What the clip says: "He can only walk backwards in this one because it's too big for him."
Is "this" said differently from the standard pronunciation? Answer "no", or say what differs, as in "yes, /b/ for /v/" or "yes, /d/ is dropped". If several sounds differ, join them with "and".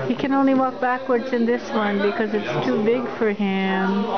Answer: no